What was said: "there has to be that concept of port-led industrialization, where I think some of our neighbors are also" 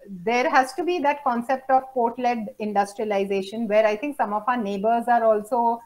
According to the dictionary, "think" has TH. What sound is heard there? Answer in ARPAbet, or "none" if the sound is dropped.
T